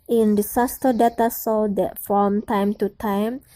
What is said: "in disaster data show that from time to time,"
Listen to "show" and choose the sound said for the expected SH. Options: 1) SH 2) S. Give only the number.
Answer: 2